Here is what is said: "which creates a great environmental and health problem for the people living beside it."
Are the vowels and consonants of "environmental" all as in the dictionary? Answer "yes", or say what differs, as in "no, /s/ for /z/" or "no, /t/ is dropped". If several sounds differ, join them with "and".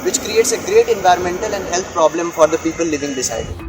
yes